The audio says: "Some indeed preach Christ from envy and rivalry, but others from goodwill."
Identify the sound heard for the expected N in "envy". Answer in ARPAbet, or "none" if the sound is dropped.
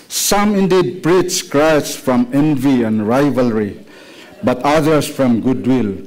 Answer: N